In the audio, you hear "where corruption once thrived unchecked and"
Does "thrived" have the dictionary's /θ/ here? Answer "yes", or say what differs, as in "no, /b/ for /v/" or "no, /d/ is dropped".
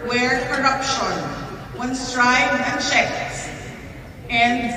no, /t/ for /θ/